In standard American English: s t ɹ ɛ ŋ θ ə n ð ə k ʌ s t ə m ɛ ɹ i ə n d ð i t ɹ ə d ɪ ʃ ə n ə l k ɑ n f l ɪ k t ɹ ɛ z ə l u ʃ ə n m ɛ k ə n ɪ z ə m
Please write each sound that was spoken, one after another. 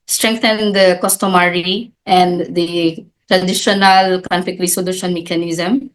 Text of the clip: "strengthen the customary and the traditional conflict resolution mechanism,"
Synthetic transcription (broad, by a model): s t ɹ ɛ ŋ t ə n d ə k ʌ s t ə m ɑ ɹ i ə n d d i t ɹ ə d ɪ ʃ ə n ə l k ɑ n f ɪ k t ɹ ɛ s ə l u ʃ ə n m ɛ k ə n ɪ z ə m